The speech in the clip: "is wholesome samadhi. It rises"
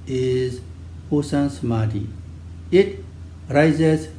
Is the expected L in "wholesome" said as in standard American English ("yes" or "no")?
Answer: no